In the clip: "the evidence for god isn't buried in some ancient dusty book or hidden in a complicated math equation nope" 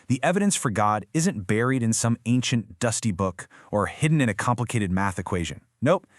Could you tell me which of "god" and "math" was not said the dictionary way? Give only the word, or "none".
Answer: none